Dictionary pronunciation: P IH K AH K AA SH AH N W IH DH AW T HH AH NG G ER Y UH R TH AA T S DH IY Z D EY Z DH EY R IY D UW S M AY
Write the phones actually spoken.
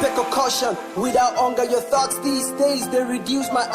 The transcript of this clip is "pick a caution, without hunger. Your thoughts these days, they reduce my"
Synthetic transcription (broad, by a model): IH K AH K AA SH AH N W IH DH AW T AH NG G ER Y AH R TH AA T S DH IY Z D EY Z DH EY R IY D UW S M AY